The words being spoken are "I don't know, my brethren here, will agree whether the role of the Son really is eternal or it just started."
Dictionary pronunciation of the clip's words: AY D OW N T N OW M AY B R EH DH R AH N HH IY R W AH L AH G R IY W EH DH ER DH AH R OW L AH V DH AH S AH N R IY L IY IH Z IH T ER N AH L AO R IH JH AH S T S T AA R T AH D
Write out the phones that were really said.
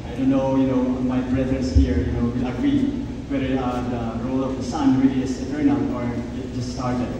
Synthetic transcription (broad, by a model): AY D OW N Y N OW M AY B R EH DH R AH N HH IY R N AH W AH G R IY W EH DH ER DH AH R OW L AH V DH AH S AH N R IY L IY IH S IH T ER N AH AO R IH JH AH S T S T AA R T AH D